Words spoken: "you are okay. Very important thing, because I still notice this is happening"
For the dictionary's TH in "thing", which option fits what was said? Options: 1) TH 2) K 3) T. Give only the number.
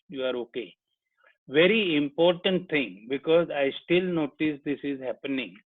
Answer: 3